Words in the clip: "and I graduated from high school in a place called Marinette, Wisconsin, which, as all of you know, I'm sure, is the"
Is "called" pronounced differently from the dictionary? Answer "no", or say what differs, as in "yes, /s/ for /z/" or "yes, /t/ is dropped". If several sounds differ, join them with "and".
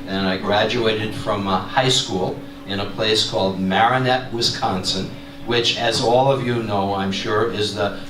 no